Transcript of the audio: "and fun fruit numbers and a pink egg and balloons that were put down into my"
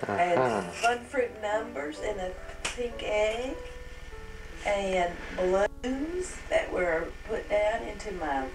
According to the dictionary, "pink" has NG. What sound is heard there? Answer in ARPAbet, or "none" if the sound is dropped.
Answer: NG